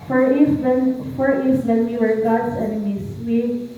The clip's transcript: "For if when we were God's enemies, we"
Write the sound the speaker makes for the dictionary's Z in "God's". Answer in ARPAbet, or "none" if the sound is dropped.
S